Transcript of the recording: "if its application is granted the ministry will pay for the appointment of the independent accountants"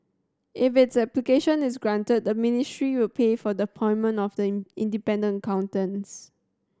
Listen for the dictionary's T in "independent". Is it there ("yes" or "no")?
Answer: no